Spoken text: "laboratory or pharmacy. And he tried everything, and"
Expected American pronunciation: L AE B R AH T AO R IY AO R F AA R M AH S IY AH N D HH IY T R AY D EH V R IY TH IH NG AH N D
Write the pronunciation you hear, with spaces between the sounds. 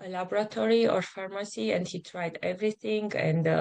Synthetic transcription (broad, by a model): L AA B R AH T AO R IY AO R F AA R M AH S IY AH N D HH IY T R AY D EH V R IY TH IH NG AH N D